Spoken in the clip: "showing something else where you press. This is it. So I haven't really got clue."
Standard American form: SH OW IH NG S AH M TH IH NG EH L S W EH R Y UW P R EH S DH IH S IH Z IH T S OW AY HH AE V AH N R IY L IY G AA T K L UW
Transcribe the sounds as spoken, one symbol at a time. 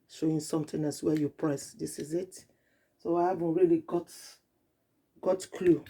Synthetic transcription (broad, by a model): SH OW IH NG S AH M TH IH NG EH S W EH Y UW P R EH S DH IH S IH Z IH T S OW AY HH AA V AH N R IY L IY G AA T K L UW